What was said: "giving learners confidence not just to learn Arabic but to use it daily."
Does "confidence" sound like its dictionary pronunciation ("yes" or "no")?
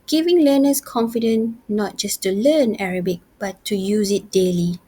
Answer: no